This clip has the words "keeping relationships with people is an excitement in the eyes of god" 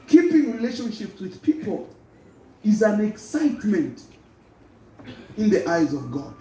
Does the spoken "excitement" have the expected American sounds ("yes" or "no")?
yes